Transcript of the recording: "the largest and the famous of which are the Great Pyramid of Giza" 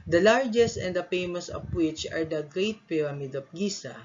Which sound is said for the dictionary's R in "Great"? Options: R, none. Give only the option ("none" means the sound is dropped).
R